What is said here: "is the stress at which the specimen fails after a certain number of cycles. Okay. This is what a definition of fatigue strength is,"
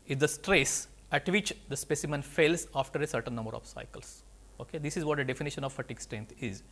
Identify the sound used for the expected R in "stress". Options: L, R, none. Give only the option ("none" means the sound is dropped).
R